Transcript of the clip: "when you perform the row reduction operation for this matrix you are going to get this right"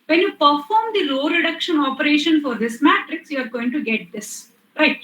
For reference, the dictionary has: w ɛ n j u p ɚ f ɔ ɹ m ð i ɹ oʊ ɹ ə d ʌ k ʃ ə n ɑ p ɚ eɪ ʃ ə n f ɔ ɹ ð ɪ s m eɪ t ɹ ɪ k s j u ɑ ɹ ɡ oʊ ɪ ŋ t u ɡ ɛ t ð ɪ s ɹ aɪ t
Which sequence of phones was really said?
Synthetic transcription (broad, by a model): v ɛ n j u p ɚ f ɔ ɹ m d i l oʊ ɹ ə d ʌ k ʃ ə n ɑ p ɚ eɪ ʃ ə n f ɔ ɹ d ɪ s m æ t ɹ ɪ k s j u ɑ ɹ ɡ oʊ ɪ ŋ t u ɡ ɛ t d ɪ s ɹ aɪ t